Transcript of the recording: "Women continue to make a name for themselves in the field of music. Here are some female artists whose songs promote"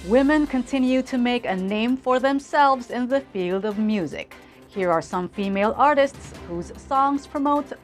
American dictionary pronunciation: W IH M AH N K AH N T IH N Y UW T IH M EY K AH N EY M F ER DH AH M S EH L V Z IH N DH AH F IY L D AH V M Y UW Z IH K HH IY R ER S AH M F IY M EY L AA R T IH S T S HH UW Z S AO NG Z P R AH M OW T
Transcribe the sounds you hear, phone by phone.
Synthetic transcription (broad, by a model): W IH M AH N K AH N T IH N Y UW T IH M EY K AH N EY M F ER DH AH M S EH L V Z IH N DH AH F IY L D AH V M Y UW Z IH K HH IY R ER S AH M F IY M EY L AA R T IH S T S HH UW Z S AO NG Z P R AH M OW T